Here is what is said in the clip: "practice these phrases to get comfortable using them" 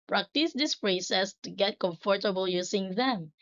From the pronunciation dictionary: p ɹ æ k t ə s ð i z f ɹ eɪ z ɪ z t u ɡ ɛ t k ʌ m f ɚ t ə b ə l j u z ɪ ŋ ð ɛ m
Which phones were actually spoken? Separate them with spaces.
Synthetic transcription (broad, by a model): p ɹ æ k t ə s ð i s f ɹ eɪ s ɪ s t u ɡ ɛ t k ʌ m f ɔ t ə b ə l j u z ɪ ŋ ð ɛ m